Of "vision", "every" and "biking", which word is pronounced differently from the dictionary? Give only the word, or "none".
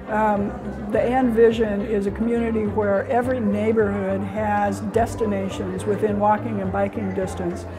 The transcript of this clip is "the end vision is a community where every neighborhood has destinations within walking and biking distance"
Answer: none